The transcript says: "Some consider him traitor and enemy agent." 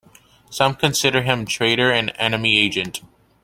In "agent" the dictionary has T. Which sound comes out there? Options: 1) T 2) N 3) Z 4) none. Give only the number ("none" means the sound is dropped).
1